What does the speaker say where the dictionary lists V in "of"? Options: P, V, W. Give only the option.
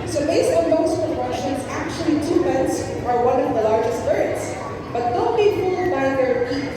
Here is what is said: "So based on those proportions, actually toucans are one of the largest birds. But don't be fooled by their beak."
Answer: V